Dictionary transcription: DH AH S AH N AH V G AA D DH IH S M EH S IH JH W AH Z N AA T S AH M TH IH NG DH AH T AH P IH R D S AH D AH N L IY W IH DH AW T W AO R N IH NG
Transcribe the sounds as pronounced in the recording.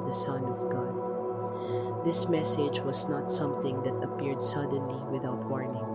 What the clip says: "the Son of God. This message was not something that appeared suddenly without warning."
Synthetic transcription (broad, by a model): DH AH S AH N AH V G AA D DH IH S M EH S IH JH W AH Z N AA T S AH M TH IH NG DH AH T AH P IH R D S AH D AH N L IY W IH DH AW T W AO R N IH NG